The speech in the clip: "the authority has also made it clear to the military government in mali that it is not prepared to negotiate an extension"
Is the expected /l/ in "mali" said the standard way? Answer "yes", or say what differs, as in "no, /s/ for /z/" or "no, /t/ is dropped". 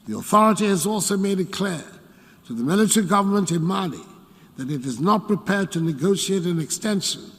yes